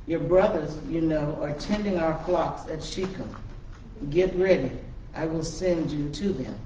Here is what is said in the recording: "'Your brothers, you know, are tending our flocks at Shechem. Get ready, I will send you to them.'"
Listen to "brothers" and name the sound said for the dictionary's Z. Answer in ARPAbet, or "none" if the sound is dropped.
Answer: Z